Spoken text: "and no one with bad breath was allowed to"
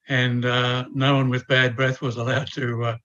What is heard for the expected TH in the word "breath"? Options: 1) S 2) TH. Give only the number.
2